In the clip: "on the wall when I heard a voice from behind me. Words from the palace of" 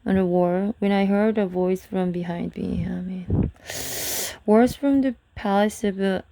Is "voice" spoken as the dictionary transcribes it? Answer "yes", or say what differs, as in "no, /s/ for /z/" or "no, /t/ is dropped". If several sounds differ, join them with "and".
yes